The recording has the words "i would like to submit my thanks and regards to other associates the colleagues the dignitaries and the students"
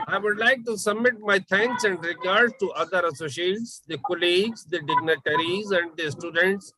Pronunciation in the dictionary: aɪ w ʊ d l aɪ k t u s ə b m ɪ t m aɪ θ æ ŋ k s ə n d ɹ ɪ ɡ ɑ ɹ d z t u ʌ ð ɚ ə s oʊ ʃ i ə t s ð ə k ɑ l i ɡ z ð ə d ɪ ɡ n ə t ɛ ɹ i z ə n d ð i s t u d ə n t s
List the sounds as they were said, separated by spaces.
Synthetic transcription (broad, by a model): aɪ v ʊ d l aɪ k t u s ə b m ɪ t m aɪ t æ ŋ k s ə n d ɹ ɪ ɡ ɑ ɹ d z t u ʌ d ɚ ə s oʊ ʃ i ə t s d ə k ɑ l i ɡ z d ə d ɪ ɡ n ə t ɛ ɹ i z ə n d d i s t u d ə n t s